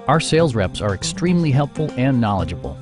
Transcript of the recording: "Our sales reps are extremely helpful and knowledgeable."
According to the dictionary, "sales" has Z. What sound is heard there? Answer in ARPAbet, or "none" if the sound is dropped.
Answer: Z